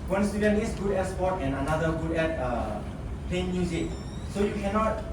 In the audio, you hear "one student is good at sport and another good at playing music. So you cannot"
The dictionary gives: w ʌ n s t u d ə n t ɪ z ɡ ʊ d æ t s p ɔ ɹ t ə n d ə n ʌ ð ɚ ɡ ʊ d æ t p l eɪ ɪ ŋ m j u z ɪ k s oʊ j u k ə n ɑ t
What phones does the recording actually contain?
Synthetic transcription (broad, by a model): w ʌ n s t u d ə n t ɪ s ɡ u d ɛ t s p ɔ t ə n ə n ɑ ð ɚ ɡ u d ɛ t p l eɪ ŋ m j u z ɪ k s oʊ j u k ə n ɑ t